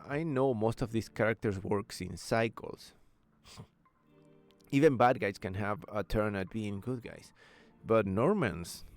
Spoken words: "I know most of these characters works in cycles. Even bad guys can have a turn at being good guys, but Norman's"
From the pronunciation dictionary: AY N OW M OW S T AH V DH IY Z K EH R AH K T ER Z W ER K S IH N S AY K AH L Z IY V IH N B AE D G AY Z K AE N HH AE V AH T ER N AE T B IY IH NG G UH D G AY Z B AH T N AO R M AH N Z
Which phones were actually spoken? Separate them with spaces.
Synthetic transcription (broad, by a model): AY N OW M OW S T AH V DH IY S K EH R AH K T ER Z W ER K S IH N S AY K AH L S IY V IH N B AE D G AY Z K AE N HH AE V AH T ER N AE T B IY IH NG G UH D G AY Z B AH T N AO R M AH N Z